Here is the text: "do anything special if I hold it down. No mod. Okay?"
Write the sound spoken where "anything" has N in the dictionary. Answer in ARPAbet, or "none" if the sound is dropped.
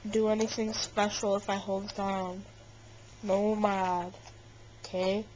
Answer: N